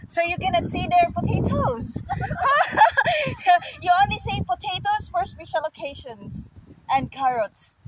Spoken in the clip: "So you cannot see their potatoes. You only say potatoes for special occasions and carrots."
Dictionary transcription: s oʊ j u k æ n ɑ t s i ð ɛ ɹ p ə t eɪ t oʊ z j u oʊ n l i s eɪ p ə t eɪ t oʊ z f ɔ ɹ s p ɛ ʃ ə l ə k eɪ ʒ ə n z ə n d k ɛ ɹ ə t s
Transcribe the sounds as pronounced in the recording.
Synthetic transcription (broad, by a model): s oʊ j u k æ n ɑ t s i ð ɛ ɹ p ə t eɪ t oʊ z j u oʊ n l i s eɪ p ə t eɪ t oʊ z f ɔ ɹ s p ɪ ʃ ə l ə k eɪ ʃ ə n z ə n d k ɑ ɹ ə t s